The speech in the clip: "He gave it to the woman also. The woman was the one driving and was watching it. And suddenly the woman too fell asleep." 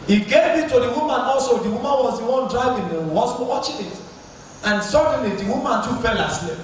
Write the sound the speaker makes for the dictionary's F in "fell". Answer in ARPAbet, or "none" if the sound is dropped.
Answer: P